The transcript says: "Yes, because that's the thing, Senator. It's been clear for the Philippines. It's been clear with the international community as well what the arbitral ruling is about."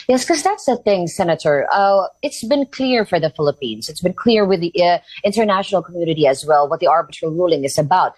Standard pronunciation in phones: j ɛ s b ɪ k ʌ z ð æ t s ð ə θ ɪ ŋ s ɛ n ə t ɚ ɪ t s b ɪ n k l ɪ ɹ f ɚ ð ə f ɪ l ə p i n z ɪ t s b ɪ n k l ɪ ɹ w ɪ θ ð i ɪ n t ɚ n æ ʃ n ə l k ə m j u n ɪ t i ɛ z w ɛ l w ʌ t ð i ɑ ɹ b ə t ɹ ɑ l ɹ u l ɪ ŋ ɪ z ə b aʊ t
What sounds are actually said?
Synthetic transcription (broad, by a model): j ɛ s k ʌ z ð æ t s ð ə θ ɪ ŋ s ɛ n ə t ɚ ɪ t s b ɪ n k l ɪ ɹ f ɚ ð ə f ɪ l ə p i n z ɪ t s b ɪ n k l ɪ ɹ w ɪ ð i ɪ n t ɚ n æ ʃ n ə l k ə m j u n ɪ t i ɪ z w ɛ l w ʌ t ð i ɑ ɹ b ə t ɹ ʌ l ɹ u l ɪ ŋ ɪ z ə b aʊ t